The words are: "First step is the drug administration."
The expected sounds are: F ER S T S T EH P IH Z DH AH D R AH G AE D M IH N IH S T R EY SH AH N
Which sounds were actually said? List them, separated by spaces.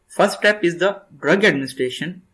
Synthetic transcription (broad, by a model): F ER S T T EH P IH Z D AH D R AH G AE D M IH N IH S T R EY SH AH N